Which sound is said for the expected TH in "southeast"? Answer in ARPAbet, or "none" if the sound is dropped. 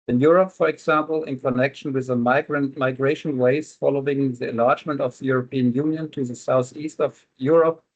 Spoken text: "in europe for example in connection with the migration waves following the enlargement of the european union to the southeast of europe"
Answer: TH